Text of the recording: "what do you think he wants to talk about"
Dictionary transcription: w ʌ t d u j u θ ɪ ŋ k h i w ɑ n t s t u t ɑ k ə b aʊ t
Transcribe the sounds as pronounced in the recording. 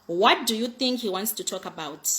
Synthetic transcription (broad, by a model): w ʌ t d u j u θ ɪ ŋ k h i w ɑ n t s t u t ɑ k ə b aʊ t